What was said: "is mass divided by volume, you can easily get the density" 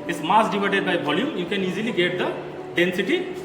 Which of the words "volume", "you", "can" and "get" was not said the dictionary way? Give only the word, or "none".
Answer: volume